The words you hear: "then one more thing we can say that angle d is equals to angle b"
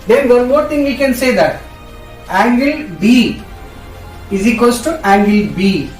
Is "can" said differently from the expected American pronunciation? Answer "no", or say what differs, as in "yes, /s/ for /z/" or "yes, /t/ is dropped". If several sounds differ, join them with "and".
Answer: no